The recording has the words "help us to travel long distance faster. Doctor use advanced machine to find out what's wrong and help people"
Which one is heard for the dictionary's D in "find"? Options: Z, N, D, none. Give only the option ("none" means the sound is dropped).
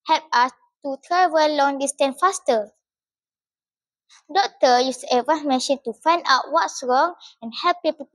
D